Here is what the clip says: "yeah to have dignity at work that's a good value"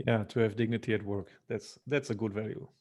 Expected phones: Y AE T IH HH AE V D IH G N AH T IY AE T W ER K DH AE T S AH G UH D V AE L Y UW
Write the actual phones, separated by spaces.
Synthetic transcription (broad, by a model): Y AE T IH HH AE V D IH G N AH T IY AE T W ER K DH AE T S AH G UH D V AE L Y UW